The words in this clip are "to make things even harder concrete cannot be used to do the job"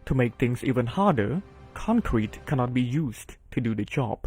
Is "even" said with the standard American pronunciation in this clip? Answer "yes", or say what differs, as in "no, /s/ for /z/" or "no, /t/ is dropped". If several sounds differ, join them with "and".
yes